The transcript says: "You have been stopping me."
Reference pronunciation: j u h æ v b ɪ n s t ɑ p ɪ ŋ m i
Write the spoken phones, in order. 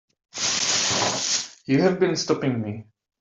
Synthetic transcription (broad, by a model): j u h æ v b ɪ n s t ɑ p ɪ ŋ m i